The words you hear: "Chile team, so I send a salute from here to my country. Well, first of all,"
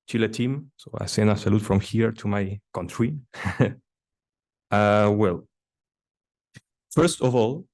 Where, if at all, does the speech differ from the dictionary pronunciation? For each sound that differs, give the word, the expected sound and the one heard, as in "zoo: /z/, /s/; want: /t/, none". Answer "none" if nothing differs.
send: /d/, none